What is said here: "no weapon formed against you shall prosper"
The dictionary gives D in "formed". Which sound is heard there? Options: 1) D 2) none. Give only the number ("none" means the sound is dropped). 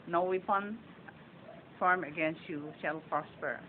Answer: 2